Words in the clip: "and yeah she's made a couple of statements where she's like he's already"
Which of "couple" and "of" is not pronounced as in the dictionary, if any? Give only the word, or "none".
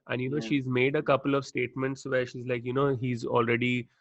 none